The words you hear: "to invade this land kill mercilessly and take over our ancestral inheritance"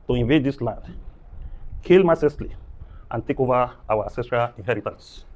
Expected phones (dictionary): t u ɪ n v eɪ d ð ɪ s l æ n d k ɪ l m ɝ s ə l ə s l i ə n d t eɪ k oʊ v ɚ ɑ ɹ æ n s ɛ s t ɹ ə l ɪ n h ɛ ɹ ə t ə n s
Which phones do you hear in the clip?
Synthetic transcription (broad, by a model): t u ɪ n v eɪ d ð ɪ s l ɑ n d k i l m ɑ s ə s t l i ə n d t eɪ k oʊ v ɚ ɑ w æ s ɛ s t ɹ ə l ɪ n h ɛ ɹ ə t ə n s